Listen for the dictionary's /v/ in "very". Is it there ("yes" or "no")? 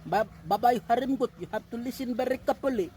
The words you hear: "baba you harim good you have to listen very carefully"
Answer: no